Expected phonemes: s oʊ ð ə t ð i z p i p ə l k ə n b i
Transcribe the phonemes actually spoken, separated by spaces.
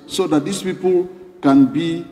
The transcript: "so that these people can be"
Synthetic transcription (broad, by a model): s oʊ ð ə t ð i s p i p ə l k ə n b i